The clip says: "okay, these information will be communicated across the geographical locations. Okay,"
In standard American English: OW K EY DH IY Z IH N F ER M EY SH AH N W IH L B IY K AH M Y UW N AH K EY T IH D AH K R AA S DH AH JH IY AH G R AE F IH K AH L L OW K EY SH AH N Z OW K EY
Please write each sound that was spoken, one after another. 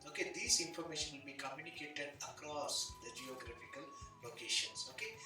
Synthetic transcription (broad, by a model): OW K EY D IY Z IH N F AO M EY SH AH N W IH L B IY K AH M Y UW N AH K EY T IH D AH K R AA S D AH JH IY AH G R AE F IH K AH L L OW K EY SH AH N S OW K EY